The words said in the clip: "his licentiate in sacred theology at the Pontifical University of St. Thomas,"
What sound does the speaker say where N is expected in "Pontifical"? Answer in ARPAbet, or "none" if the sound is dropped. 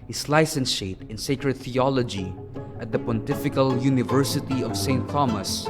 N